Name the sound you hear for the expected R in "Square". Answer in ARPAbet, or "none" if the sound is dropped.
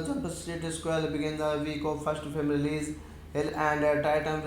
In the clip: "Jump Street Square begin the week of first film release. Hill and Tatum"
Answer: L